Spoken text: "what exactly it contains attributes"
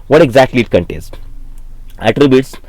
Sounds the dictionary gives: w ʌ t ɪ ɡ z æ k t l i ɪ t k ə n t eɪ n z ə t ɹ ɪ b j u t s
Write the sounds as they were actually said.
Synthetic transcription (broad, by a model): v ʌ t ɪ ɡ z æ k t l i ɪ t k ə n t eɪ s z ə t ɹ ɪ b j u t s